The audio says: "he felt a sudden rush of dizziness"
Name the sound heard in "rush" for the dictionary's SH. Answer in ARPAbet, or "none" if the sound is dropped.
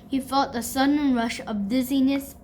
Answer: SH